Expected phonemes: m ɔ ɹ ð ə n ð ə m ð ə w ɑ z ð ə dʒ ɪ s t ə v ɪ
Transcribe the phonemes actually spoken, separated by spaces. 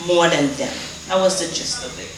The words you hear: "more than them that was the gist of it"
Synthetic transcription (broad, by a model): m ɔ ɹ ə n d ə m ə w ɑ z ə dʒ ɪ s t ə b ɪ